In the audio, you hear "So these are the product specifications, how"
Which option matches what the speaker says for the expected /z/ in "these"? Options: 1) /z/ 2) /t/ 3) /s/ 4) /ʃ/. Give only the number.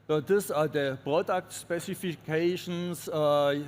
3